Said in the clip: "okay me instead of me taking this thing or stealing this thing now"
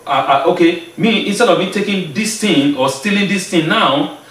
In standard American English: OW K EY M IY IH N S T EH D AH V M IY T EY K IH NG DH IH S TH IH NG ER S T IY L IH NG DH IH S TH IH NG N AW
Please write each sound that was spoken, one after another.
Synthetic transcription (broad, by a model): OW K EY M IY IH N S T EH D AH V M IY T EY K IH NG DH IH S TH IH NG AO S T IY L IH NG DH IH S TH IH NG N AW